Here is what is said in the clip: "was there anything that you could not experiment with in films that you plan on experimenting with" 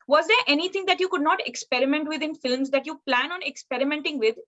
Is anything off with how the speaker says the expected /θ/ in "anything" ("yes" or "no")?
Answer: yes